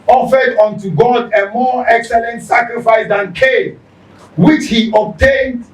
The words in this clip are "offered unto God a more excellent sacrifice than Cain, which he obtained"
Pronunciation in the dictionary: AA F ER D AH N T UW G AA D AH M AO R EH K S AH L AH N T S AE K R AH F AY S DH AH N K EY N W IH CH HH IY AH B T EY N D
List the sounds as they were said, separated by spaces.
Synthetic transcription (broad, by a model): AA F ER D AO N T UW G AA D AH M AO EH K S AH L AH N T S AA K R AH F AY S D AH N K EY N W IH CH HH IY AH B T EY N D